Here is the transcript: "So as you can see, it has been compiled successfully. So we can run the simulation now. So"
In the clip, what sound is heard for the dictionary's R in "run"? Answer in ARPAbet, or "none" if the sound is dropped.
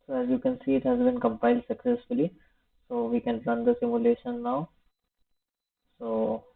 L